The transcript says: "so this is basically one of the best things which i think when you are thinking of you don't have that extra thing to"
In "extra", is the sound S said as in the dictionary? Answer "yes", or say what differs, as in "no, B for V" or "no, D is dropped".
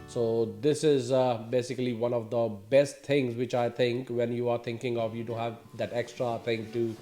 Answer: yes